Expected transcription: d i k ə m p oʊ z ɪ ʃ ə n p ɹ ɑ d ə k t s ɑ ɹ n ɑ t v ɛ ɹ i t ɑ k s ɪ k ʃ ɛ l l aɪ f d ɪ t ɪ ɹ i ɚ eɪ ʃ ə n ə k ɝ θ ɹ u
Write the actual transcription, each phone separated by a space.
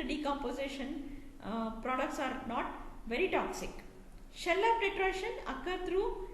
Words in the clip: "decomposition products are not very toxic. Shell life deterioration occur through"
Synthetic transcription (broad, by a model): d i k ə m p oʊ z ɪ ʃ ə n p ɹ ɑ d ə k t s ɑ ɹ n ɑ t v ɛ ɹ i t ɑ k s ɪ k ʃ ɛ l l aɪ p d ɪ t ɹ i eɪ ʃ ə n ə k ɝ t ɹ u